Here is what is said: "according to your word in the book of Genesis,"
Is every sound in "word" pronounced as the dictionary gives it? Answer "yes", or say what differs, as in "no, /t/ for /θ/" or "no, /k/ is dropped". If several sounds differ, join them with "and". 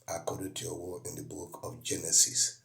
no, /d/ is dropped